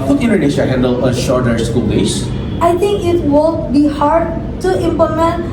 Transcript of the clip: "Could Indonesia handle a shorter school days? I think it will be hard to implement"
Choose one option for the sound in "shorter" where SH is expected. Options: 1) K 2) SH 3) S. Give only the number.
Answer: 2